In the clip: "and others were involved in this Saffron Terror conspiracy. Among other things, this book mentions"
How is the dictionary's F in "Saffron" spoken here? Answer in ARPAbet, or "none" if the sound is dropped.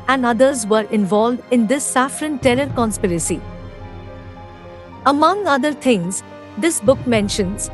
F